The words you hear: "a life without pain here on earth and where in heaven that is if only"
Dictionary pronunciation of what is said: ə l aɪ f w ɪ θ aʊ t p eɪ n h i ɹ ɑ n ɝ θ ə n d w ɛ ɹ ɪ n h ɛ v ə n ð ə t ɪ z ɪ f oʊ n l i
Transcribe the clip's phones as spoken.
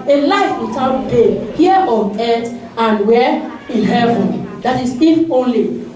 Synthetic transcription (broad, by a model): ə l aɪ f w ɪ t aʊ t b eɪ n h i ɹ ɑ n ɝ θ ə n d w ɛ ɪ l h ɛ v ə n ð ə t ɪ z ɪ f oʊ n l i